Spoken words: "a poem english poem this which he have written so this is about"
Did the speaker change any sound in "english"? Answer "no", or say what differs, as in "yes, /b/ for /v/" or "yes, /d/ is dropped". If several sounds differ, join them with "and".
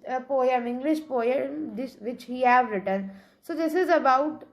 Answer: no